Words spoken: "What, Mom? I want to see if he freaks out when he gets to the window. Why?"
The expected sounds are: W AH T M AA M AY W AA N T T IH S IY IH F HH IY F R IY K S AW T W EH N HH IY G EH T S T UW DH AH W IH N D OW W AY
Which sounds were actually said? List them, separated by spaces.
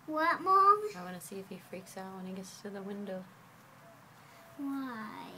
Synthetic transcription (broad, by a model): W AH T M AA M AY W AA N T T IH S IY IH F HH IY F R IY K S AW T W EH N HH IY G EH T S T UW DH AH W IH N D OW W AY